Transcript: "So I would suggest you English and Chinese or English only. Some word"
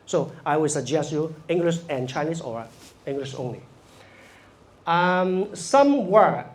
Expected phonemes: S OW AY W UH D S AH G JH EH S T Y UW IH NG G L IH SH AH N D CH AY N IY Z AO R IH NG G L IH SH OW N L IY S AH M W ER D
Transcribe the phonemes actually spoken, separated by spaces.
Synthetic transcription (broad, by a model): S OW AY W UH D S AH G JH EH S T Y UW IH NG G L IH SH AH N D CH AY N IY S AO R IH NG G L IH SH OW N L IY S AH M W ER